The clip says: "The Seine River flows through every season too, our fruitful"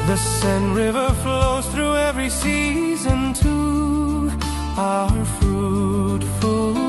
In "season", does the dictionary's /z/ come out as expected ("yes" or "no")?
yes